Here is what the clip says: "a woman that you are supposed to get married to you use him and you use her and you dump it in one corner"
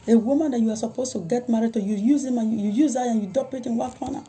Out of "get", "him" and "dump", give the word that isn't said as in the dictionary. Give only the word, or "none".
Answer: dump